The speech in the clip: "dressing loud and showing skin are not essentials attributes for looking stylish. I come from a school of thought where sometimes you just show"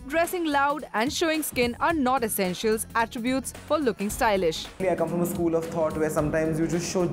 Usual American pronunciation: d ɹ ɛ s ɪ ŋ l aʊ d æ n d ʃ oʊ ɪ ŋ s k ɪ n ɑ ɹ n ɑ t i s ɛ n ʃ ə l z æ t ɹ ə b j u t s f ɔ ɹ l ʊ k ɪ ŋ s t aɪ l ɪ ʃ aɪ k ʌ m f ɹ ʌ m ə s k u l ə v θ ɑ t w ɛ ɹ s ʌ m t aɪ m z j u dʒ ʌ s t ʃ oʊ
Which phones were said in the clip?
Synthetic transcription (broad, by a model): d ɹ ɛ s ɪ ŋ l aʊ d æ n d ʃ oʊ ɪ ŋ s k ɪ n ɑ ɹ n ɑ t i s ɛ n ʃ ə l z æ t ɹ ə b j u t s f ɔ ɹ l ʊ k ɪ ŋ s t aɪ l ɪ ʃ aɪ k ʌ m f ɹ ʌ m ə s k u l ə v t ɑ t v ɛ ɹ s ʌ m t aɪ m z j u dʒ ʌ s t ʃ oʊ